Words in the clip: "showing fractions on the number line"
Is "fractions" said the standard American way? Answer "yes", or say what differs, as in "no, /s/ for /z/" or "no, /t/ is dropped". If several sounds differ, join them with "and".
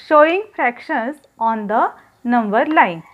no, /s/ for /z/